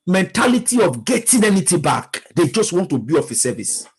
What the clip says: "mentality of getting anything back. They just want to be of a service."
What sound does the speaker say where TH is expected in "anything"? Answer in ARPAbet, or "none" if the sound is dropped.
T